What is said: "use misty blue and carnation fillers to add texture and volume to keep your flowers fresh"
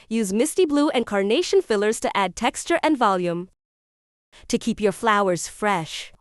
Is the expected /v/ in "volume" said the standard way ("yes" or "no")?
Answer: yes